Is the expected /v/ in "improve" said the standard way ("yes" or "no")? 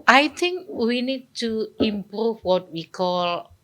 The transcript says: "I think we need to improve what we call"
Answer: no